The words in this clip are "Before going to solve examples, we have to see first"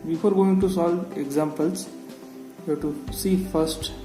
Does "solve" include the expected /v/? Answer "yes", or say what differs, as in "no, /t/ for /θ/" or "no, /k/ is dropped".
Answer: no, /v/ is dropped